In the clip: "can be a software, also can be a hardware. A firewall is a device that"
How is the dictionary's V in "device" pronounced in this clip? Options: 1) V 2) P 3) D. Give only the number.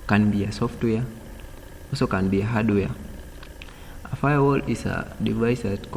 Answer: 1